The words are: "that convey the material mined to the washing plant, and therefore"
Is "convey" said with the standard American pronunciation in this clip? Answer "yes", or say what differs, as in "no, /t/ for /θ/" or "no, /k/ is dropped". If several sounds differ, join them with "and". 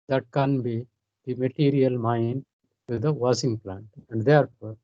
no, /b/ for /v/